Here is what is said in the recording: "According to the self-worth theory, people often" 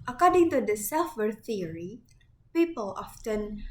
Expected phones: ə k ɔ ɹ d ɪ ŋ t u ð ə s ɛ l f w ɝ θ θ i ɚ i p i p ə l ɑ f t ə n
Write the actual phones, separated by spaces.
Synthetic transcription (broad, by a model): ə k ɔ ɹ d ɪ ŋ t u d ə s ɛ l f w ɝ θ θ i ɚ i p i p ə l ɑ f t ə n